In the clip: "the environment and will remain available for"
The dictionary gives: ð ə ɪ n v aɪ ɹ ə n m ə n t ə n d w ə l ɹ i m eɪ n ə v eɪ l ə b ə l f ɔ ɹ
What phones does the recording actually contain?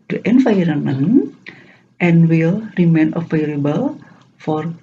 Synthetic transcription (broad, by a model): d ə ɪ n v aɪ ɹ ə m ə n t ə n w ə l ɹ i m eɪ n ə f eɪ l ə b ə l f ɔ ɹ